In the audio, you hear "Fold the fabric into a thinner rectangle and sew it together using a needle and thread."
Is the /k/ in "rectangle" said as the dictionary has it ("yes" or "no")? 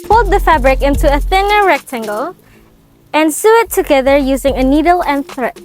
yes